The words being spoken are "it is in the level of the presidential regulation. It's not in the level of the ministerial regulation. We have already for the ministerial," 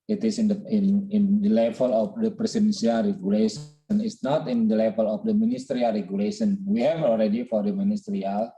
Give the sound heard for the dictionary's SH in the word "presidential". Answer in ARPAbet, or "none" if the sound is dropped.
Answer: S